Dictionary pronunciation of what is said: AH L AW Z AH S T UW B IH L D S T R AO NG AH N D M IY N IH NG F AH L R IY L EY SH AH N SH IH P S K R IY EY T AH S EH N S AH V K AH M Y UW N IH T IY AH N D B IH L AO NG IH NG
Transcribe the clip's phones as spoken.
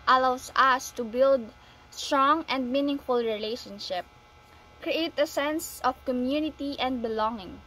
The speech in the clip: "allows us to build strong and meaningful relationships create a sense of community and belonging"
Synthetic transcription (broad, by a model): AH L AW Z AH S T UW B IH L D S T R AO NG AH N D M IY N IH NG F AH L R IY L EY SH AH N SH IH P K R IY EY T AH S EH N S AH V K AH M Y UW N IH T IY AH N D B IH L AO NG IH NG